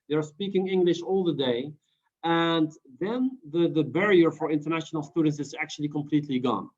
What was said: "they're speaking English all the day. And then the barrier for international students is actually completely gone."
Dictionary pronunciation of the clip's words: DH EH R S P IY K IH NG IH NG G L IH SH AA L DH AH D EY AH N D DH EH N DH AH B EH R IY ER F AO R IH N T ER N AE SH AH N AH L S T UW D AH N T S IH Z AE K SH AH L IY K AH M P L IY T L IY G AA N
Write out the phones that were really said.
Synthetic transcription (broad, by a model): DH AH R S P IY K IH NG IH NG G L IH SH AA L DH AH D EY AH N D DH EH N DH AH B EH R IY ER F AO R IH N T ER N AE SH AH N AH L S T UW D AH N T S IH Z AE K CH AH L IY K AH M P L IY T L IY G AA N